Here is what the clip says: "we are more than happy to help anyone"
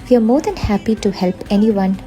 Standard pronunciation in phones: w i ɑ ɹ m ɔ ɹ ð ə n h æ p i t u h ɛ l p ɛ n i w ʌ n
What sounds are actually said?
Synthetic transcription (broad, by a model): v i ɑ ɹ m ɔ ɹ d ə n h æ p i t u h ɛ l p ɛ n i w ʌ n